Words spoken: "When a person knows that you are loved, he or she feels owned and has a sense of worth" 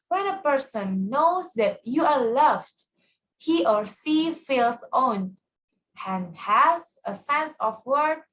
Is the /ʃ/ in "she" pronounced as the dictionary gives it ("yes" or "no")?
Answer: no